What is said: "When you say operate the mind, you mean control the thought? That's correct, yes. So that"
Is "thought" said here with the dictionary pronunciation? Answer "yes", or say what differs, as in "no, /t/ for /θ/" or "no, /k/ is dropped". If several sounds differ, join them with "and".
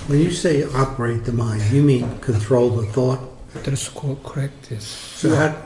yes